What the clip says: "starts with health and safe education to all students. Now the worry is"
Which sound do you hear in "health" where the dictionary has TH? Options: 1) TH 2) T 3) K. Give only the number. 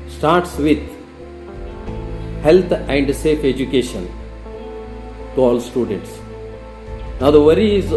2